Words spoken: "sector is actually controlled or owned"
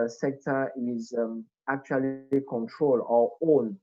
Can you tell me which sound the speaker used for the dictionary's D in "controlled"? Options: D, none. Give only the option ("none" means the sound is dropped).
none